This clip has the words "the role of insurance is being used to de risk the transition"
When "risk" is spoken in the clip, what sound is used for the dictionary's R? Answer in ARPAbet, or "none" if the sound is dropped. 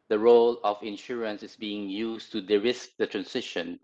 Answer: R